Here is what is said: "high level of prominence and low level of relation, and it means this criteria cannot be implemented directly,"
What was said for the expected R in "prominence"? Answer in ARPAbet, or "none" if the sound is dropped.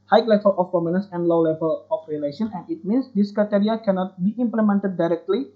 none